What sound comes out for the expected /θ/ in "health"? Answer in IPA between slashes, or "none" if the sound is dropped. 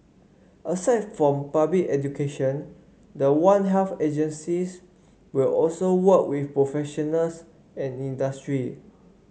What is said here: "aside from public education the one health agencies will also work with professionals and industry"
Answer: /f/